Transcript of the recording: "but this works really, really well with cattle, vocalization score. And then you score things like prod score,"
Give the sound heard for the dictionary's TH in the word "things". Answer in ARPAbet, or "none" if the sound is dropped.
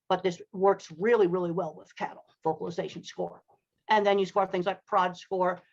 TH